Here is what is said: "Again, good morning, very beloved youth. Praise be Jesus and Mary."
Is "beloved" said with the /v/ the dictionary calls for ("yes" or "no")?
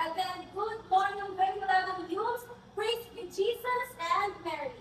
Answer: no